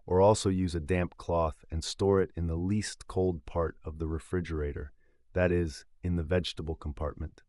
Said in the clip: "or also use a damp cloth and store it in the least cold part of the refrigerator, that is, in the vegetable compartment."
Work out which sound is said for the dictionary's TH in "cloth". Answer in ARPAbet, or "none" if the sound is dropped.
TH